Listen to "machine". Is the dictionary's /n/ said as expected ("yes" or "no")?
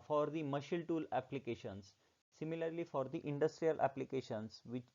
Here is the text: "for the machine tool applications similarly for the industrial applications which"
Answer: no